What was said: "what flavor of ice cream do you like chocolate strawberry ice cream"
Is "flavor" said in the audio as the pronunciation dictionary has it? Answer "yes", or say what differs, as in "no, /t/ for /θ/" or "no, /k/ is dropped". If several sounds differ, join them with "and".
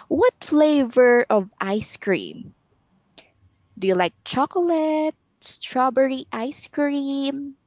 yes